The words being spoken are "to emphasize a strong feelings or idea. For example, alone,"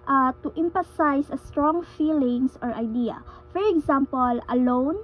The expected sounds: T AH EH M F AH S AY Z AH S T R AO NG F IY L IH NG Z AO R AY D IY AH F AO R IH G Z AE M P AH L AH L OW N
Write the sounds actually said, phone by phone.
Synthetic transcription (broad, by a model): T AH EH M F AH S AY S AH S T R AO NG F IY L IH NG S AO R AY D IY AH F AO R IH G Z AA M P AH L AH L OW N